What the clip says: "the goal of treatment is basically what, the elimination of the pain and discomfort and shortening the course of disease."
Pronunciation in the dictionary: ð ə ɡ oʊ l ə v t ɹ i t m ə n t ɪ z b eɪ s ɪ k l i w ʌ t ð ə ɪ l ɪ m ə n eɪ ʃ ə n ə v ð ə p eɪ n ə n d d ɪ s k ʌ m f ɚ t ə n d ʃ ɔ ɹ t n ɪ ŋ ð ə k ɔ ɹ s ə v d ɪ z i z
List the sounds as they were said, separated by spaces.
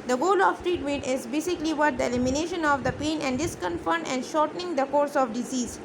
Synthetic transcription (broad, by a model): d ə ɡ oʊ l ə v t ɹ i t m ə n t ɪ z b eɪ s ɪ k l i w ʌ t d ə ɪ l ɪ m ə n eɪ ʃ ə n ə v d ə p eɪ n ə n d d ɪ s k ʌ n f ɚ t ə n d ʃ ɔ ɹ t n ɪ ŋ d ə k ɔ ɹ s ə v d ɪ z i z